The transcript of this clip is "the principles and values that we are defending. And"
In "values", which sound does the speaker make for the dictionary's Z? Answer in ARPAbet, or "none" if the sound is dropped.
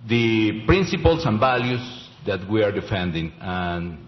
S